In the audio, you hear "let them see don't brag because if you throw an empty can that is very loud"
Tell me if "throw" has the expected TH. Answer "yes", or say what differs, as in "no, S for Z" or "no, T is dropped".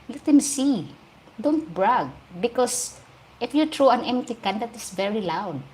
no, T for TH